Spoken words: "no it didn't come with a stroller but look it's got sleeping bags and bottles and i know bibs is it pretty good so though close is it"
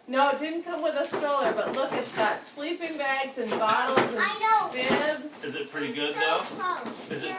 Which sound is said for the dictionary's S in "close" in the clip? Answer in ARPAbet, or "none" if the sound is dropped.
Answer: none